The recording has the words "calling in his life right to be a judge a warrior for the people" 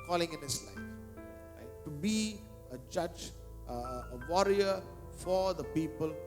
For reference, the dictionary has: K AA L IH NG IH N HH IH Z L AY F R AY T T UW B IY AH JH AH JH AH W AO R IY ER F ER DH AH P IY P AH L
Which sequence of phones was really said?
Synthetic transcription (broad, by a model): K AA L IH NG IH N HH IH S L AY F L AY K T UW B IY AH JH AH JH AH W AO R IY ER F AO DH AH P IY P AH L